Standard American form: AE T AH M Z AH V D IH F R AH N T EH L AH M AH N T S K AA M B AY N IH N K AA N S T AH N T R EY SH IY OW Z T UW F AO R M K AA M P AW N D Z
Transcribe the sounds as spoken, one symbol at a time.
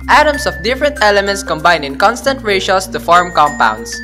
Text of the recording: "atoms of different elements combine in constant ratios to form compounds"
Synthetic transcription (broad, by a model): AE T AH M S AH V D IH F R AH N T EH L AH M AH N T S K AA M B AY N IH N K AA N S T AH N T R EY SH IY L S T UW F AO R M K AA M P AW N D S